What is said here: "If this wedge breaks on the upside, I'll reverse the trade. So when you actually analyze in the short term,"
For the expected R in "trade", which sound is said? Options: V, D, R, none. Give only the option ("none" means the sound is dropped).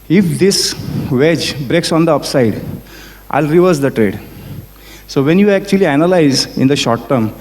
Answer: R